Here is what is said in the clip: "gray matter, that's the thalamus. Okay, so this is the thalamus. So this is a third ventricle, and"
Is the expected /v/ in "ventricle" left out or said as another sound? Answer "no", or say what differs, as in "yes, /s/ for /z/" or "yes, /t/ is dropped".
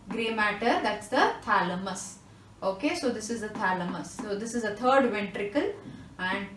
no